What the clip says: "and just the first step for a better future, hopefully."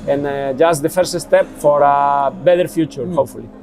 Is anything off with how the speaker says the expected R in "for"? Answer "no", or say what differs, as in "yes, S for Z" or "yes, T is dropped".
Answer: no